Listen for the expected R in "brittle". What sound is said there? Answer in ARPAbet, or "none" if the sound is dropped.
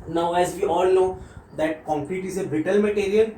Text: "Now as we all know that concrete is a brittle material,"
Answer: none